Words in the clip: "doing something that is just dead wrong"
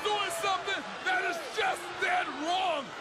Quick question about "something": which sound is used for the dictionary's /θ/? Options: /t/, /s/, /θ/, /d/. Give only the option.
/θ/